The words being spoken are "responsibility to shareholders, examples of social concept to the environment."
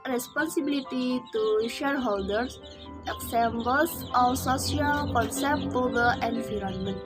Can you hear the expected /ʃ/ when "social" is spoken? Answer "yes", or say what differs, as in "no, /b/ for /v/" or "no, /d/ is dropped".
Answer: no, /s/ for /ʃ/